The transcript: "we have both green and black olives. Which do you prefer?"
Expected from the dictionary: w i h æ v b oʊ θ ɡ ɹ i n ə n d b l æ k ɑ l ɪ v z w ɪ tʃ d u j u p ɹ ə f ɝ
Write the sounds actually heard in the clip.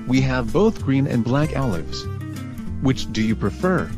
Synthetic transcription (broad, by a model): w i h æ v b oʊ θ ɡ ɹ i n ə n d b l æ k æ l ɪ v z w ɪ tʃ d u j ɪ p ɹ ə f ɝ